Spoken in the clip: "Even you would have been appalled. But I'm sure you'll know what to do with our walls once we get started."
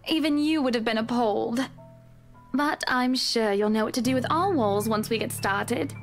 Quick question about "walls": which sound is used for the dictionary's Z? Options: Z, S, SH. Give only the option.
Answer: Z